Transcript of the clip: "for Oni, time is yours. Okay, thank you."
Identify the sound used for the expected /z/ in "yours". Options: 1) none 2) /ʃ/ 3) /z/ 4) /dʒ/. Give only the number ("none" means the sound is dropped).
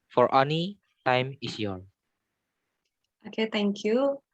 1